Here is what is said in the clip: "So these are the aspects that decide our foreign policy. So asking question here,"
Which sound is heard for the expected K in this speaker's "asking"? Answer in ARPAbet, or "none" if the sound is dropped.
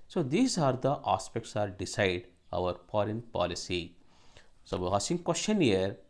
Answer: none